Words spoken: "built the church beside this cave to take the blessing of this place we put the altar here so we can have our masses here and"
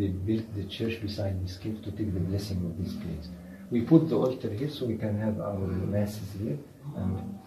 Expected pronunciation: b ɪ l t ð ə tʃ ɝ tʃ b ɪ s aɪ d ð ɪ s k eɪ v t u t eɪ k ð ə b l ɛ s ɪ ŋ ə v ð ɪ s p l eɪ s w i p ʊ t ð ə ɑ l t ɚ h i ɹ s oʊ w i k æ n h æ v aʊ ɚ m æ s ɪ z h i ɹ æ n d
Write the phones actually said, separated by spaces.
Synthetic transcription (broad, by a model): b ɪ l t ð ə tʃ ɝ tʃ b ɪ s aɪ d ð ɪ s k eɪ p t u t eɪ k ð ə b l ɛ s ɪ ŋ ə v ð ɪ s p l eɪ s w i p ʊ t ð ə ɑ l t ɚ h i ɹ s oʊ w i k æ n h æ v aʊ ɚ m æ s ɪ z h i ɹ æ n d